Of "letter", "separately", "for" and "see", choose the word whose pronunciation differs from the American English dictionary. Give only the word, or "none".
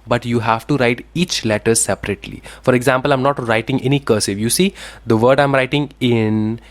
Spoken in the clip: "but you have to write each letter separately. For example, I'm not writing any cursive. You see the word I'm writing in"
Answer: none